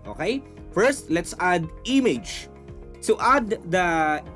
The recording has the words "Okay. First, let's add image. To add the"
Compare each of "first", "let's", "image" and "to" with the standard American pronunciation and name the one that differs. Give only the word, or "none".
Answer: to